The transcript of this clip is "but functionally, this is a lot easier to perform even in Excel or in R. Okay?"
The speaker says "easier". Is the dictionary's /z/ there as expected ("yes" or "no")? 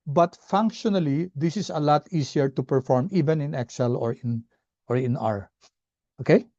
no